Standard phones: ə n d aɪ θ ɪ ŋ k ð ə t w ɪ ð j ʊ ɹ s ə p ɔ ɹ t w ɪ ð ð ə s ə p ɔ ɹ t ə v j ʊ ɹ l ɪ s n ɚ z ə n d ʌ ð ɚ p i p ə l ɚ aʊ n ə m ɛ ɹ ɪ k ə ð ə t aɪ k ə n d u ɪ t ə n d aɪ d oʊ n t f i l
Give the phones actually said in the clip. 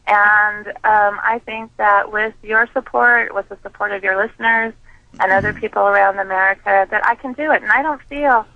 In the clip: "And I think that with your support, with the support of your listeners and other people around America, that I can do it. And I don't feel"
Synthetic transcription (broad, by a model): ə n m aɪ θ ɪ ŋ k ð ə t w ɪ ð j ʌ ɹ s ə p ɔ ɹ t w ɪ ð ð ə s ə p ɔ ɹ t ə v j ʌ ɹ l ɪ s n ɚ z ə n ʌ ð ɚ p i p l ɚ aʊ n ə m ɛ ɹ ɪ k ə ð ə t aɪ k ə n d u ɪ t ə n aɪ d oʊ n t f i l